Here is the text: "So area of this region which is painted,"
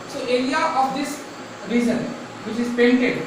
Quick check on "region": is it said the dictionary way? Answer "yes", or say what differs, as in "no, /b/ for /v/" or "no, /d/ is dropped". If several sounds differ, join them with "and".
no, /z/ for /dʒ/